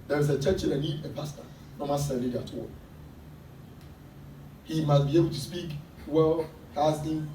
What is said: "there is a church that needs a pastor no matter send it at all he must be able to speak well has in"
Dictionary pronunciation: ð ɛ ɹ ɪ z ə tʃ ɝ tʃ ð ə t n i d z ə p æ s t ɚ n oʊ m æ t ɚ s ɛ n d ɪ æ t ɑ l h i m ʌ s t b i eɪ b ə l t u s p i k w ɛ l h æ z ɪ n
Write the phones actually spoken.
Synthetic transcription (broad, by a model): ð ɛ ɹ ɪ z ə tʃ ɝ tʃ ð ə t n i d ə p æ s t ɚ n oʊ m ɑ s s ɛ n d ɪ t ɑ h i m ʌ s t b i eɪ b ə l t u s p i k w ɛ l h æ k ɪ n